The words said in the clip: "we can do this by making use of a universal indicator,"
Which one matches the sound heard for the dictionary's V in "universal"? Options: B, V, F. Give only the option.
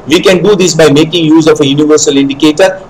V